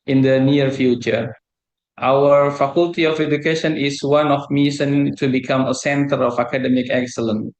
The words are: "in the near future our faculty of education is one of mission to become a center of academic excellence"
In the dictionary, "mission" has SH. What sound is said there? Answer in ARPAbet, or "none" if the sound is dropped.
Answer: S